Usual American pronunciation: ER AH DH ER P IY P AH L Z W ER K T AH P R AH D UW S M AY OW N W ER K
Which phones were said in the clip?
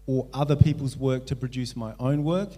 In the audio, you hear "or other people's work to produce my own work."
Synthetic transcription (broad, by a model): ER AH DH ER P IY P AH L Z W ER K T AH P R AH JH UW S M AY OW N W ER K